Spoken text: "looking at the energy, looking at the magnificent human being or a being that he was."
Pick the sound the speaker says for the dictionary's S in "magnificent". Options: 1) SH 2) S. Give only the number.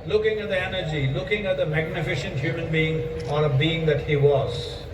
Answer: 1